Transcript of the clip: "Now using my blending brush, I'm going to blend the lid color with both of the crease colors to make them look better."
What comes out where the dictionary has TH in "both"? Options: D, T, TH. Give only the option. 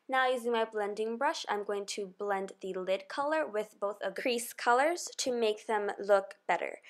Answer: TH